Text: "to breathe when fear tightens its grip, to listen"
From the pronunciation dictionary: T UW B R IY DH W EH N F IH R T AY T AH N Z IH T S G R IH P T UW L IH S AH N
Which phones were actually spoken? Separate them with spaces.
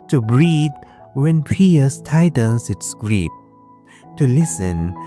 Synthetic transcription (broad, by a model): T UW B R IY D W EH N P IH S T AY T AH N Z IH T S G R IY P T UW L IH S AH N